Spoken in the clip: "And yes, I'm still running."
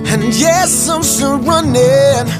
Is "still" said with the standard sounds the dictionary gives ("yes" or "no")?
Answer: no